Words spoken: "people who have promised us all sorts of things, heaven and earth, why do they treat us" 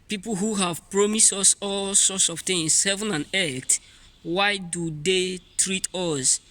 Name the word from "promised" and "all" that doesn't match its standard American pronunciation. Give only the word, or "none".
none